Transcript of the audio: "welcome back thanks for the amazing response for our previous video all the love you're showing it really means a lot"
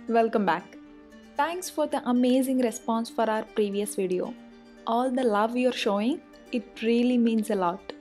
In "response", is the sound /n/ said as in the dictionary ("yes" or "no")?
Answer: yes